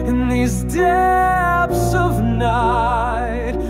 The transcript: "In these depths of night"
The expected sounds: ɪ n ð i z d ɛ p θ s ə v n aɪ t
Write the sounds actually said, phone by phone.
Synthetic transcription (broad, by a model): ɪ n ð i z d ɛ p s ə v n aɪ t